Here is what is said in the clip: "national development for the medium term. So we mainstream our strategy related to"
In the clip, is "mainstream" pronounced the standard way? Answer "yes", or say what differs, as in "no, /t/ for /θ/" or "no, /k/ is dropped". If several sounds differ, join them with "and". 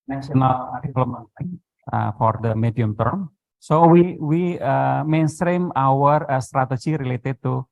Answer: yes